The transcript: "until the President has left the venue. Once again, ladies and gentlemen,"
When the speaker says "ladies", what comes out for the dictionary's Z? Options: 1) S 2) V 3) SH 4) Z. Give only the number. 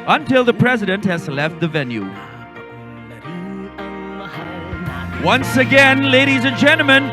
4